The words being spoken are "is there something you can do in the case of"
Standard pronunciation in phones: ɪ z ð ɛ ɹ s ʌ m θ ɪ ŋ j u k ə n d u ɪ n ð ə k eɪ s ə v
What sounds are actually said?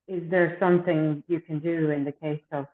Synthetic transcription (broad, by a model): ɪ z ð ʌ ɹ s ʌ m θ ɪ ŋ j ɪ k ə n d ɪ ɪ n ð ə k eɪ s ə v